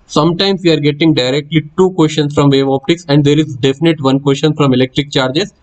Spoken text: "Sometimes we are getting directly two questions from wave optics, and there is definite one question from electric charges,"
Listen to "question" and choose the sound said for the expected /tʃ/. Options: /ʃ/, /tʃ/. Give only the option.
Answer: /ʃ/